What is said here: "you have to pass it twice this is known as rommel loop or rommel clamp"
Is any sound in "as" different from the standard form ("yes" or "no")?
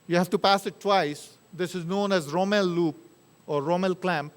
no